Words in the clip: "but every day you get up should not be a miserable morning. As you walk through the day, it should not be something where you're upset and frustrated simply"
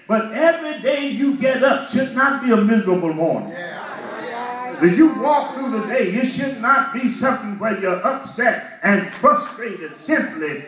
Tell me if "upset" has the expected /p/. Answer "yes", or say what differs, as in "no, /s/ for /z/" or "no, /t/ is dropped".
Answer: yes